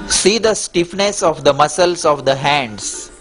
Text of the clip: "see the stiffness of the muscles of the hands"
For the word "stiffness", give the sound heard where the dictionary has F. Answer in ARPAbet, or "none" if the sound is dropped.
F